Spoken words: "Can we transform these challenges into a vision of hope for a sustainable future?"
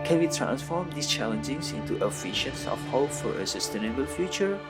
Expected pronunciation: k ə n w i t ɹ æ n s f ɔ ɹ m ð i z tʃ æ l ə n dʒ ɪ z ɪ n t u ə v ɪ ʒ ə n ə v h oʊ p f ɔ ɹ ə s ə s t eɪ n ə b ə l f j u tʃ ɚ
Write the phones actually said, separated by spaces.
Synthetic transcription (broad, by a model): k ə n w i t ɹ æ n s f ɔ ɹ m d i s tʃ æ l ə n dʒ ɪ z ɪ n t u ə f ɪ ʃ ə n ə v h oʊ p f ɔ ɹ ə s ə s t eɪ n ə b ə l f j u tʃ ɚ